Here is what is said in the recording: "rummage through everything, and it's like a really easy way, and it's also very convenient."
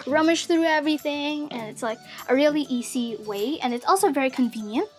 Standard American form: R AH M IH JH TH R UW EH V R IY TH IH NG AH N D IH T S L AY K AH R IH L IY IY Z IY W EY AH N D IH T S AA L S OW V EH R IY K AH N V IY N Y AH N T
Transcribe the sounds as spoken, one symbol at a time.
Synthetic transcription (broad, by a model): R AH M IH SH TH R UW EH V R IY TH IH NG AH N IH T S L AY K AH R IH L IY IY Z IY W EY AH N IH T S AA L S OW V EH R IY K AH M V IY N Y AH N T